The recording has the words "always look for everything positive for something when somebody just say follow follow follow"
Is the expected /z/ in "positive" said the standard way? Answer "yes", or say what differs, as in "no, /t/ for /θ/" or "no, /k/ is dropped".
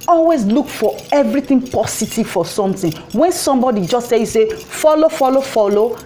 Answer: no, /s/ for /z/